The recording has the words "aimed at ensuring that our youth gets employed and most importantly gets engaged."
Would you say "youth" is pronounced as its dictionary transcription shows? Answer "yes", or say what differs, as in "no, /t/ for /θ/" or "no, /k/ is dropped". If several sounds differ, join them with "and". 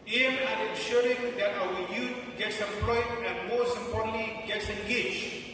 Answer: no, /t/ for /θ/